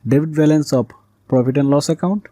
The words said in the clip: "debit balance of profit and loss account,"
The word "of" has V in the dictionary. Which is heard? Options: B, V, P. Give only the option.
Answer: P